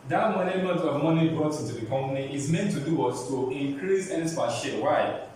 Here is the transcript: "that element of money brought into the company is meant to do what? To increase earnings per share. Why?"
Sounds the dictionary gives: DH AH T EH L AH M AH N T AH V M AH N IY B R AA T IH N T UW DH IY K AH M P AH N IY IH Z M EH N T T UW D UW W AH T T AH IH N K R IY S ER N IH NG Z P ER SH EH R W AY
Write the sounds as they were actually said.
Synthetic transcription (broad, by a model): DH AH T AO N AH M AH T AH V M AH N IY B R AA T IH N T UW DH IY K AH M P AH N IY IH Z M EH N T T UW D UW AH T T AH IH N K R IY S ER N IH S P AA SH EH W AY